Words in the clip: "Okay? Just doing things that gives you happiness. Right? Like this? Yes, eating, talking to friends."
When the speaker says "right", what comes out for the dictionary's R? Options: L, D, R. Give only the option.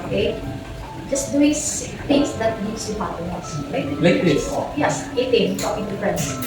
L